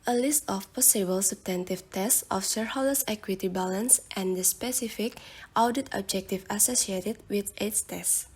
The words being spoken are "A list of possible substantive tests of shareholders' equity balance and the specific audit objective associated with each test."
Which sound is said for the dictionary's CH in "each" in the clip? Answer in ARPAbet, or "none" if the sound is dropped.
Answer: S